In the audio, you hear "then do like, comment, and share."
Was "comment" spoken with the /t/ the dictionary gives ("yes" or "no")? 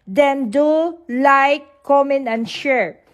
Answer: no